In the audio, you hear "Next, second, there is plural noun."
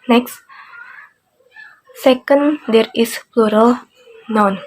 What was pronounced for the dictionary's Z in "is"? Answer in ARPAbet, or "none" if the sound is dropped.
S